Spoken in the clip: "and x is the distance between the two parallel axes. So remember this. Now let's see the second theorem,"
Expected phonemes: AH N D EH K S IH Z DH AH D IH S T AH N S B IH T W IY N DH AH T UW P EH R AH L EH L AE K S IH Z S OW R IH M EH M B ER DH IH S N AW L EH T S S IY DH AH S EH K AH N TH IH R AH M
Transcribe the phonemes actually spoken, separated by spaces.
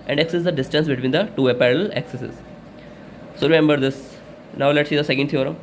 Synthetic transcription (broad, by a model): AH N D EH K S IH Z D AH D IH S T AH N S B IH T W IY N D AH T UW P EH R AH L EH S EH S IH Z S OW R IH M EH M B ER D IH S N AW L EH T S S IY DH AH S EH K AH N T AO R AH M